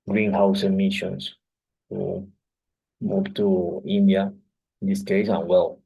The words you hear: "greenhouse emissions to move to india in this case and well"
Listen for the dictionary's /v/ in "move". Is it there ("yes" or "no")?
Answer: no